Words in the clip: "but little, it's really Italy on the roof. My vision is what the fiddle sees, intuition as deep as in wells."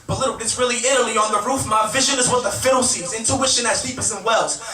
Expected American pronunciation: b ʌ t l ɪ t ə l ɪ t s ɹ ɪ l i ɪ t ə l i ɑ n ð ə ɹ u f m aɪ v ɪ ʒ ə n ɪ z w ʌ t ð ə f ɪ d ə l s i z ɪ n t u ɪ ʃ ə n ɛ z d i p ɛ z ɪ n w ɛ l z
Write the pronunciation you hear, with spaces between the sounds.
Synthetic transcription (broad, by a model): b ʌ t l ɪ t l ɪ t s ɹ ɪ l i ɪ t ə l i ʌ n ð ə ɹ u f m aɪ v ɪ ʒ ə n ɪ z w ʌ t ð ə f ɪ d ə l s i z ɪ n t u ɪ ʃ ə n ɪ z d i p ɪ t ɪ n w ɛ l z